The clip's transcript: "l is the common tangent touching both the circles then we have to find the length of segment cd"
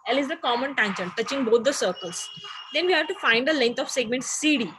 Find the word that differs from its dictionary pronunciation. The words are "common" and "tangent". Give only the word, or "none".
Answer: tangent